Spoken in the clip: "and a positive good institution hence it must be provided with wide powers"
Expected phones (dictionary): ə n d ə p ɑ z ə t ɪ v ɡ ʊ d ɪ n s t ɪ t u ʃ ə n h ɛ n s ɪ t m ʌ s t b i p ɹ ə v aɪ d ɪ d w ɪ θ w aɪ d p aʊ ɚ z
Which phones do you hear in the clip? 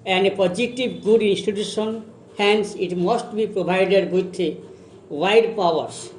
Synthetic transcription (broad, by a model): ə n d p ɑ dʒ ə t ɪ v ɡ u d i n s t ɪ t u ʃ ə n h ɛ n s ɪ t m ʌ s t b i p ɹ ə b aɪ d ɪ d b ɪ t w aɪ d p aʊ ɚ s